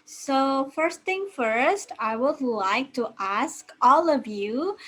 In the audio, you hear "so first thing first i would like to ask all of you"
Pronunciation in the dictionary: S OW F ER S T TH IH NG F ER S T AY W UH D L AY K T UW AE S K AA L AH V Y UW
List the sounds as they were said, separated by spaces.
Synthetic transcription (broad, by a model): S OW F ER S T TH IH NG F ER S T AY W UH D L AY K T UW AE S K AA L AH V Y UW